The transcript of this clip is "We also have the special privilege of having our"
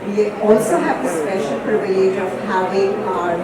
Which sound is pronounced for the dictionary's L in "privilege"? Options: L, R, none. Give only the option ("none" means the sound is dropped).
none